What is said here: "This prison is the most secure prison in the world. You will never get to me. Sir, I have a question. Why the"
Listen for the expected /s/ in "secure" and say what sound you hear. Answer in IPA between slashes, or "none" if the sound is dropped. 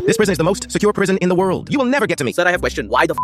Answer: /s/